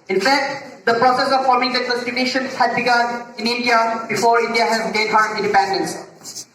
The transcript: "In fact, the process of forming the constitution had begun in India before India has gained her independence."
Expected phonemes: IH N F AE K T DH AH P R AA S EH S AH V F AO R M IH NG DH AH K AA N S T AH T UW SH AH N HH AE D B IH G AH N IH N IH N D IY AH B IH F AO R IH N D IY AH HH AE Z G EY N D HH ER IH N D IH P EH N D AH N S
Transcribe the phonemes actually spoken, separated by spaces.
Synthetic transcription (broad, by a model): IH N F AE K T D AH P R AA S EH S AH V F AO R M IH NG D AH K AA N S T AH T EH SH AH N HH AE D B IH G AH N IH N IH N D IY AH B IH F AO R IH N D IY AH HH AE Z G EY D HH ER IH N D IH P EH N D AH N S